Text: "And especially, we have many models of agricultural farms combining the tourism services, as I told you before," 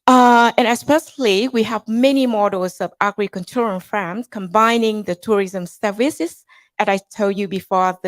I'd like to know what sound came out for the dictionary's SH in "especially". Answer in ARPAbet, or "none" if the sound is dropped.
S